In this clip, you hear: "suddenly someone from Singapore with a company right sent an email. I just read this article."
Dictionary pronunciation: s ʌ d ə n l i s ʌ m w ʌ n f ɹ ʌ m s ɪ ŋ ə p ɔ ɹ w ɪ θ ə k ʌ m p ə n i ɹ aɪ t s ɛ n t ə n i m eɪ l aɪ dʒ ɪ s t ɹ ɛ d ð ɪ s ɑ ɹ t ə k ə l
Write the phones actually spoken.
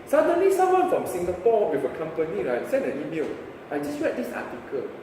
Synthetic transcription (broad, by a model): s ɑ d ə n l i s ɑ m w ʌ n f ɹ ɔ m s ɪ ŋ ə p ɔ w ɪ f ə k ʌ m p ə n i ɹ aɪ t s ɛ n ə n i m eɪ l aɪ dʒ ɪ s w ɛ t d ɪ s ɑ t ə k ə l